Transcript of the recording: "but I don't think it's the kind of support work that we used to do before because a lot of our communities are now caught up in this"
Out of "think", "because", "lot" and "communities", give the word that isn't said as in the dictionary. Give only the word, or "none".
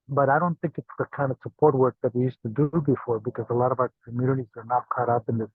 none